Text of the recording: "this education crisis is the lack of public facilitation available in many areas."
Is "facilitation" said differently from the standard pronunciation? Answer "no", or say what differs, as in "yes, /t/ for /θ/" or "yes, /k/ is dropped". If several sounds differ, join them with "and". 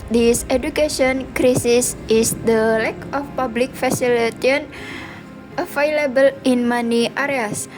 yes, /ʃ/ is dropped